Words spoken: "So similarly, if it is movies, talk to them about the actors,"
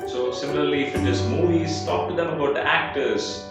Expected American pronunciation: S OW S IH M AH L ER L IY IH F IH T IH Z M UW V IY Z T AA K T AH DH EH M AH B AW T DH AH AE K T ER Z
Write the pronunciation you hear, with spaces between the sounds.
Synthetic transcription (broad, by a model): S OW S IH M AH L ER L IY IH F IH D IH S M UW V IY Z T AA K T AH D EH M AH B AW T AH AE K T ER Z